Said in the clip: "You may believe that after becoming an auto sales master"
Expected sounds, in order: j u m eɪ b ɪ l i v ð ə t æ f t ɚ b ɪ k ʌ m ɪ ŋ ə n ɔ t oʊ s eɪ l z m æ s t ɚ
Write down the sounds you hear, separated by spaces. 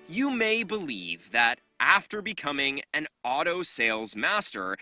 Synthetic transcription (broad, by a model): j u m eɪ b ɪ l i v ð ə t æ f t ɚ b ɪ k ʌ m ɪ ŋ ə n ɔ t oʊ s eɪ l z m æ s t ɚ